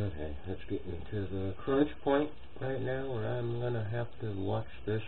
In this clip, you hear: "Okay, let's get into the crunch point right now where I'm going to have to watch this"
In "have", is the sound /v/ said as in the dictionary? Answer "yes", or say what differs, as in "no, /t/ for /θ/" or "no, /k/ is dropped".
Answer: no, /f/ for /v/